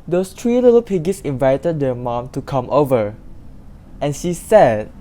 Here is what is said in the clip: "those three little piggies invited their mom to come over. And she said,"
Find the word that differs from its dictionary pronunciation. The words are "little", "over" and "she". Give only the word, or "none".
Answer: none